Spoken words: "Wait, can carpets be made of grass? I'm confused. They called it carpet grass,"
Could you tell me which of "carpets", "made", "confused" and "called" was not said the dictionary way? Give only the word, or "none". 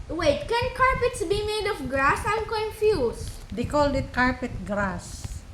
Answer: confused